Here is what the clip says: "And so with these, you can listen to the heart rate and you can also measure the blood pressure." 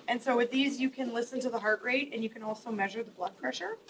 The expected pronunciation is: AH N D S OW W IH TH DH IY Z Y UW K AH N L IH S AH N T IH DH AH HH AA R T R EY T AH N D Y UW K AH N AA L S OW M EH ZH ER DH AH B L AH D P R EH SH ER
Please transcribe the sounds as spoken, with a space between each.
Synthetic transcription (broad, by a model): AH N S OW W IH DH IY Z Y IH K AH N L IH S AH N T IH DH AH HH AA R T R EY T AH N Y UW K AH N AA L S OW M EH ZH ER DH AH B L AH D P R EH SH ER